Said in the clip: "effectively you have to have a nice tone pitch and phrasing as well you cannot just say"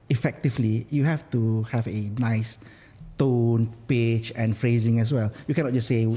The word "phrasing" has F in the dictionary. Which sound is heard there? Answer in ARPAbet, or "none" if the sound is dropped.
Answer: F